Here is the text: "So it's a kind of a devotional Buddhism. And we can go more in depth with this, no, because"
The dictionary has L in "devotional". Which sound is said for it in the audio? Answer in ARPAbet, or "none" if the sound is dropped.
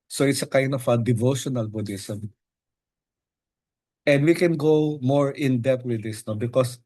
L